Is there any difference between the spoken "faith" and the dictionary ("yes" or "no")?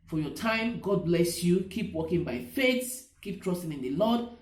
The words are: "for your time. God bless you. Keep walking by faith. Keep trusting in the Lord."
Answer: yes